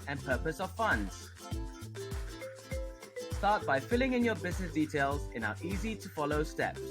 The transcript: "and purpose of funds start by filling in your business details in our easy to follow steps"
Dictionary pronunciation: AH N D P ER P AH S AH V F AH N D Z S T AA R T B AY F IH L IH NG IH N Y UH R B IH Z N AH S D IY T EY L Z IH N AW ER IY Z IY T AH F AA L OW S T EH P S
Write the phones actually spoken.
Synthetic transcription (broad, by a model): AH N P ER P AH S AH V F AH N D Z S T AA T B AY F IH L IH NG IH N Y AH B IH Z N AH S D IY T EY L Z IH N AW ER IY Z IY T AH F AA L OW S T EH P